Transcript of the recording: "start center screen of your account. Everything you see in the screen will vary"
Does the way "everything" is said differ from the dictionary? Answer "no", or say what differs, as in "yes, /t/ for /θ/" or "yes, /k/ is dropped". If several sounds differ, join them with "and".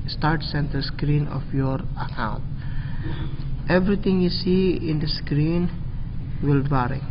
yes, /t/ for /θ/